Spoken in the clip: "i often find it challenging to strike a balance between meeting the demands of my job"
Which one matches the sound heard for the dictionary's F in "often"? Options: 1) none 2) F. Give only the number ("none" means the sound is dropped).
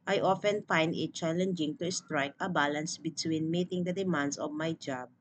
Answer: 2